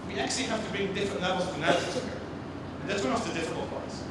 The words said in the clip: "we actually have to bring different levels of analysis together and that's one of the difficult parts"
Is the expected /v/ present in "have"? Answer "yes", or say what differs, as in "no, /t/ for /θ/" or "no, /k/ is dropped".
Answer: no, /f/ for /v/